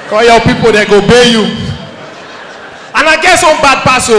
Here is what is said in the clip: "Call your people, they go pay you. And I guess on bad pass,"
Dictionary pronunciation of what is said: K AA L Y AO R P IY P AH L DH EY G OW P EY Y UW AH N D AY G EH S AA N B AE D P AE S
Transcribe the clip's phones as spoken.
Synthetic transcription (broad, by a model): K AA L Y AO P IY P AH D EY G OW B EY Y UW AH N AY G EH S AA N B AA D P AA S